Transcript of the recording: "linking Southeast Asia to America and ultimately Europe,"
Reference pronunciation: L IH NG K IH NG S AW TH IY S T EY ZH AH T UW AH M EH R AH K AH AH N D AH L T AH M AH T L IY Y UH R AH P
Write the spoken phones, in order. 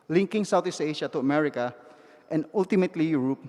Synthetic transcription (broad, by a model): L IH NG K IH NG S AW T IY S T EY SH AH T UW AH M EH R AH K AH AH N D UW L T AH M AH T L IY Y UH R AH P